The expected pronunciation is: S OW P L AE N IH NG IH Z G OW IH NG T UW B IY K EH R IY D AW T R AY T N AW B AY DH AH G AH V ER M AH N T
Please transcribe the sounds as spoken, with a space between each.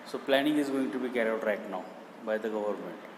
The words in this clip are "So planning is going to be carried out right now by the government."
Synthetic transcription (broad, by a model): S OW P L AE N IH NG IH Z G OW IH NG T UW B IY K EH R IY AW T R AY T N AW B AY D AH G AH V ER M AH N T